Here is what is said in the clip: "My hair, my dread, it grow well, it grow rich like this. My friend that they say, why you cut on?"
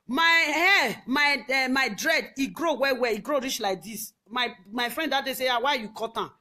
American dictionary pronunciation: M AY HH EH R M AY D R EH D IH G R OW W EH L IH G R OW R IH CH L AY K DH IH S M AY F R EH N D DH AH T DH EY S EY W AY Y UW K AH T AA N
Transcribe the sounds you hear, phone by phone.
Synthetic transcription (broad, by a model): M AY HH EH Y M AY D R EH D IH G R OW W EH W IH G R OW R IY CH L AY K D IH S M AY F R EH N D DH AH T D EY S EY W AY Y UW K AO T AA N